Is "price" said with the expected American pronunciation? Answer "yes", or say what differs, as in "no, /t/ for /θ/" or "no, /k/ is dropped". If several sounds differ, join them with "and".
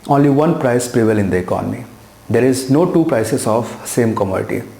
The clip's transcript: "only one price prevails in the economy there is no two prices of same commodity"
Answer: yes